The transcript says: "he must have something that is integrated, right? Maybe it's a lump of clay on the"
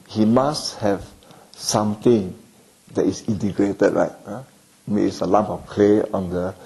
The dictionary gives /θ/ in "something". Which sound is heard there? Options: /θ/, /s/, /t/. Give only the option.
/t/